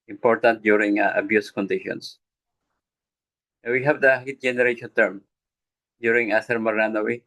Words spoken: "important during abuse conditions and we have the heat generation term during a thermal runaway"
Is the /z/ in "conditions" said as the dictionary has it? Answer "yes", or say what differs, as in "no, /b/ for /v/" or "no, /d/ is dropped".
no, /s/ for /z/